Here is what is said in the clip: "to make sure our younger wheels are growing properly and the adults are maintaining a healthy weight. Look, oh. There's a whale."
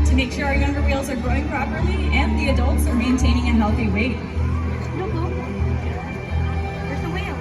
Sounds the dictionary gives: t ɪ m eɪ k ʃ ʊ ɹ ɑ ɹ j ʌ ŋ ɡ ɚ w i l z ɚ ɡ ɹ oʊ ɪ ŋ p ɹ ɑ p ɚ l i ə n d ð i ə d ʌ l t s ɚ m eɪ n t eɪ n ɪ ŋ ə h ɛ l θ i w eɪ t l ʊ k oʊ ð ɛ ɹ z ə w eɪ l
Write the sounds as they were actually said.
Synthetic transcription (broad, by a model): t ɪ m eɪ k ʃ ʊ ɹ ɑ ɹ j ʌ ŋ ɡ ɚ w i l z ɚ ɡ ɹ oʊ ɪ ŋ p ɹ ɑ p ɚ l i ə n ð i ə d ʌ l t s ɚ m eɪ n t eɪ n ɪ ŋ ə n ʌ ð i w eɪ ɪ oʊ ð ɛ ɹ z ə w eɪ